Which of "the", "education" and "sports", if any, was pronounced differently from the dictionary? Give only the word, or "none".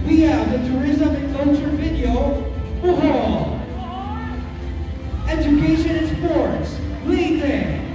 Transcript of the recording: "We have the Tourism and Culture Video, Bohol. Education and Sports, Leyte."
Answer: education